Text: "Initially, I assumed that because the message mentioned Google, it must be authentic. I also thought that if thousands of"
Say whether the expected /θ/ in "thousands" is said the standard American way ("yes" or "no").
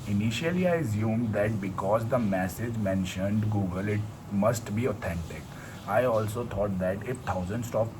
no